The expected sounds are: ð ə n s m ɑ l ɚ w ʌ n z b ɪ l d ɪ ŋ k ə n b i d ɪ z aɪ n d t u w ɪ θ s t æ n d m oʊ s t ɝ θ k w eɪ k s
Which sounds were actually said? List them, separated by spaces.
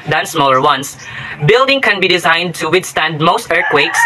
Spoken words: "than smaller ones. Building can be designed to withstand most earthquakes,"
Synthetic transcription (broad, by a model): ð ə n s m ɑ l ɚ w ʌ n s b ɪ l d ɪ ŋ k ə n b i d ɪ z aɪ n d t u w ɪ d s t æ n d m oʊ s t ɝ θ k w eɪ k s